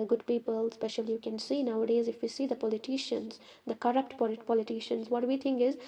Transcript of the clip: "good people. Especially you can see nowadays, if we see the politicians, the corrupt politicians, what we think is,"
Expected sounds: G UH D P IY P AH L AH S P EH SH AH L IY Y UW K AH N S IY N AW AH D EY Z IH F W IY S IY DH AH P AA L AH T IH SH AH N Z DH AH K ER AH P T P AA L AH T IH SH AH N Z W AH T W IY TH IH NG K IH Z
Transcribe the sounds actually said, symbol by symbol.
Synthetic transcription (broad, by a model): G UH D P IY P AH L S P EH SH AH L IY Y UW K AH N S IY N AW AH D EY Z IH F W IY S IY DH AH P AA L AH T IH SH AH N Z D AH K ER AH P T P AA L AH T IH SH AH N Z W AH T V IY T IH NG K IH Z